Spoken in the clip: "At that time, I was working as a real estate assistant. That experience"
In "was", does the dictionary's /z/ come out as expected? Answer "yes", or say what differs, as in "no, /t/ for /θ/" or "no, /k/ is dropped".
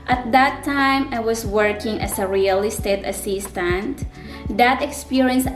no, /s/ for /z/